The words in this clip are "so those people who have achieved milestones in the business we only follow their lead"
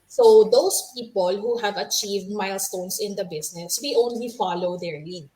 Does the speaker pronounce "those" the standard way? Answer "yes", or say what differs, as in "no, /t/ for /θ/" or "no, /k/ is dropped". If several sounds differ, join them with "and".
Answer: no, /s/ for /z/